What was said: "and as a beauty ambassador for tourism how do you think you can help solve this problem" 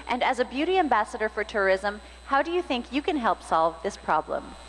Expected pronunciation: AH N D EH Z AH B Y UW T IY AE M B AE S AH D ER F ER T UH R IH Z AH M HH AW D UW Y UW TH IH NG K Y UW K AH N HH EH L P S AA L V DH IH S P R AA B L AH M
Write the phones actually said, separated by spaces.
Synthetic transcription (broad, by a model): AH N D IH Z AH B Y UW T IY AE M B AE S AH D ER F ER T UH R IH Z AH M HH AW D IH Y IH TH IH NG K Y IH K AH N HH EH L P S AA L V DH IH S P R AA B L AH M